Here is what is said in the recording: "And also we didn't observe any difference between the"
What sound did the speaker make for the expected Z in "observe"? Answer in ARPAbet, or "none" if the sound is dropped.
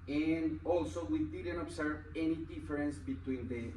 S